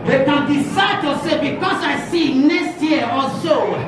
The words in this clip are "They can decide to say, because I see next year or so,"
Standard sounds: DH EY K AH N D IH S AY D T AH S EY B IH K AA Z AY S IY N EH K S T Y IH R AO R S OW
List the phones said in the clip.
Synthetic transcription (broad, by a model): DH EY K AH N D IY S AY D T AH S EY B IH K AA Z AY S IY N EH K S T Y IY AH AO L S OW